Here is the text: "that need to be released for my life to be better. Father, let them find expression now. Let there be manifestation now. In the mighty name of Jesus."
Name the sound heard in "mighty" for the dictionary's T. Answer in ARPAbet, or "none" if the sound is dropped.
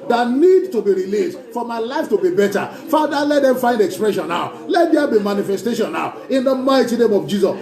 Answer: T